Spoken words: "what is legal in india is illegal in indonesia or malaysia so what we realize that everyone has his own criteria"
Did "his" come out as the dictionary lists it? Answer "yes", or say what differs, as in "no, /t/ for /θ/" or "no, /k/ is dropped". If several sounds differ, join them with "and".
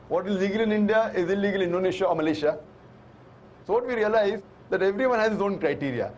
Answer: no, /s/ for /z/